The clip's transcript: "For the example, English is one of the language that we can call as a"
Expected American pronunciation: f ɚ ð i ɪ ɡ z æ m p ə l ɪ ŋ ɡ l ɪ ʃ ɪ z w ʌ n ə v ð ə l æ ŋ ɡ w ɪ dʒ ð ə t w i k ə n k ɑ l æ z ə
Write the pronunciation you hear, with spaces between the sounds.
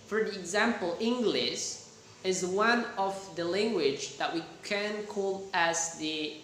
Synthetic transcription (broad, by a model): f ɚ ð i ɪ ɡ z æ m p ə l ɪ ŋ ɡ l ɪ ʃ ɪ z w ʌ n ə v ð ə l æ ŋ ɡ w ɪ dʒ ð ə t w i k ə n k ɑ l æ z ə